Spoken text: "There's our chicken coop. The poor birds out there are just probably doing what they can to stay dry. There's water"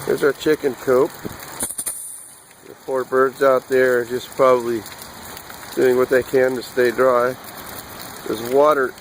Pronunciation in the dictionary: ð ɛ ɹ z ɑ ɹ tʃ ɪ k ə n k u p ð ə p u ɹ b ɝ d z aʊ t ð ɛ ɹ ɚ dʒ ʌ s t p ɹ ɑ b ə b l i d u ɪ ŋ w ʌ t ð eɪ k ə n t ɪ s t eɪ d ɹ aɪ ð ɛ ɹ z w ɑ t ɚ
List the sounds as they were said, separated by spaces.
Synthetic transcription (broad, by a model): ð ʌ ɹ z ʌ ɹ tʃ ɪ k ə n k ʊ p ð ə f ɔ ɹ b ɝ d z aʊ t ð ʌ ɹ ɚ dʒ ʌ s p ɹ ɑ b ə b l i d u ɪ ŋ w ʌ t ð eɪ k ə n t ɪ s t eɪ d ɹ aɪ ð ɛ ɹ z w ɑ t ɚ